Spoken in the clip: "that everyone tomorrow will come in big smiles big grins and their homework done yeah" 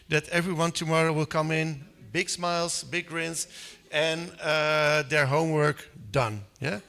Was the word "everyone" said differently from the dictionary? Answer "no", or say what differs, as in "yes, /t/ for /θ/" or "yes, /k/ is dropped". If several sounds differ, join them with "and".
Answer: no